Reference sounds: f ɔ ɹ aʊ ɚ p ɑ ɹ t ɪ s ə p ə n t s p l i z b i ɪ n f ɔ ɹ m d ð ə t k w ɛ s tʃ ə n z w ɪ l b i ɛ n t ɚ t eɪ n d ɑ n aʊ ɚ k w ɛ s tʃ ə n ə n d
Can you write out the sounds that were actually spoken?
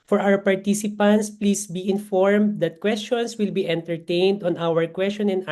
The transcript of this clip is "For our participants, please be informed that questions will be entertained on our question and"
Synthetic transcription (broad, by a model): f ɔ ɹ aʊ ɚ p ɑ ɹ t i s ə p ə n t s p l i s b i ɪ n f ɔ ɹ m d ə t k w ɛ s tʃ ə n s w ɪ l b i ɛ n t ɚ t eɪ n d ɑ n aʊ ɚ k w ɛ s tʃ ə n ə n